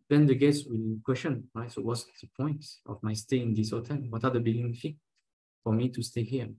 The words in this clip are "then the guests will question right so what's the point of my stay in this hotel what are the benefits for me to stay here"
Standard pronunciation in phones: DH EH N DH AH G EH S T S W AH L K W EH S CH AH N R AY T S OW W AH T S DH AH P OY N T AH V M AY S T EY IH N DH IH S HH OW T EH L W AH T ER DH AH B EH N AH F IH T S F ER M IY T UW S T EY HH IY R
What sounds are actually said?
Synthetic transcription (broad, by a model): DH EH N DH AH G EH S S W AH L K W EH S CH AH N R AY T S OW W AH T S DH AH P OY N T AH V M AY S T EY IH N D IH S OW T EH N W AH T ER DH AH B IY L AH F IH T F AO M IY T UW S T EY HH IY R